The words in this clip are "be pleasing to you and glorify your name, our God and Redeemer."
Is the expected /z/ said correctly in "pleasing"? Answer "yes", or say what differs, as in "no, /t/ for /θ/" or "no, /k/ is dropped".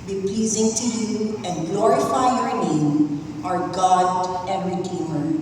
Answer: yes